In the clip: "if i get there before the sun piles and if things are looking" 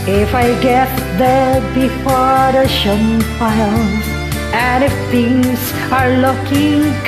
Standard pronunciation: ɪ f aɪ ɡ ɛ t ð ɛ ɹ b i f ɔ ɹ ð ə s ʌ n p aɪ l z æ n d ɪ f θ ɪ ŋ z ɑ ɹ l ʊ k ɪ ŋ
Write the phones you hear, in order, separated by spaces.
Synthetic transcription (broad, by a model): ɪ f aɪ ɡ ɛ t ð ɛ b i f ɔ ɹ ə ʃ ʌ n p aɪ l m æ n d ɪ f t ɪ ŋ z ɑ ɹ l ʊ k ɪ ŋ